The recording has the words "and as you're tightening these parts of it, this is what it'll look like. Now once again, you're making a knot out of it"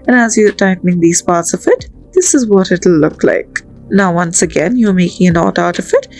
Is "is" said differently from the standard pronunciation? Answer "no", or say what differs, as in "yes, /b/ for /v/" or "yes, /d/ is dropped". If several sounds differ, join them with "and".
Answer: no